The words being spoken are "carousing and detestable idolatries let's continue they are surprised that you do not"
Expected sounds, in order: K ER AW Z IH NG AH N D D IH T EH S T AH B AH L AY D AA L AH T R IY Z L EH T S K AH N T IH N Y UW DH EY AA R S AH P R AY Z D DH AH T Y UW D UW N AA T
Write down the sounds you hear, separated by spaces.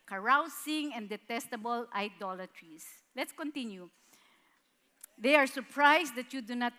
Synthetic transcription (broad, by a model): K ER AW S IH NG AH N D D IH T EH S T AH B AH L AY D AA L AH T R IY S L EH T S K AH N T IH N Y UW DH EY AA R S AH P R AY S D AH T Y UW D UW N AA T